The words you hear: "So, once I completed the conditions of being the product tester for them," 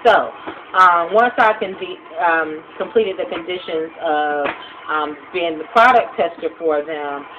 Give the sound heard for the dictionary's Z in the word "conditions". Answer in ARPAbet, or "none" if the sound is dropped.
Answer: Z